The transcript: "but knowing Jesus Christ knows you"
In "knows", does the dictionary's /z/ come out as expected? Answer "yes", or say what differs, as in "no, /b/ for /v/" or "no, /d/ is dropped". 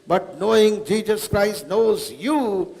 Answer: yes